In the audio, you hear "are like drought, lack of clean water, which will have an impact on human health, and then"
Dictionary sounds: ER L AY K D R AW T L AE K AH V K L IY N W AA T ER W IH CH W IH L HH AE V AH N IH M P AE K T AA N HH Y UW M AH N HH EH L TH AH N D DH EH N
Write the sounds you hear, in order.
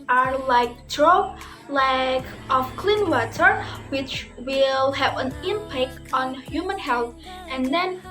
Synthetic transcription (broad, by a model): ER L AY K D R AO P L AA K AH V K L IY N W AA T ER W IH CH W IH L HH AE V AH N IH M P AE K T AA N HH Y UW M AH N HH EH L TH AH N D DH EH N